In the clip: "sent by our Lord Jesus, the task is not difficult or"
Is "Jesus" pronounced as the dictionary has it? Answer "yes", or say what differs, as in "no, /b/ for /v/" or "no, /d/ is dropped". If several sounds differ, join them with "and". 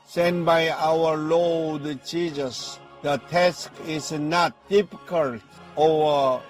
no, /tʃ/ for /dʒ/